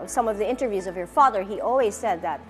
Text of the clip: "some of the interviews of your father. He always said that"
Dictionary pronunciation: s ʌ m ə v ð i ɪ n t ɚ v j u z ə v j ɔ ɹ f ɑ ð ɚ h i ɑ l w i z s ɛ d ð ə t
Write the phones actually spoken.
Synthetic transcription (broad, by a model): s ʌ m ə v ð i ɪ n t ɚ v j u z ə v j ɔ ɹ f ɑ ð ɚ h i ɑ l w i z s ɛ d ð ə t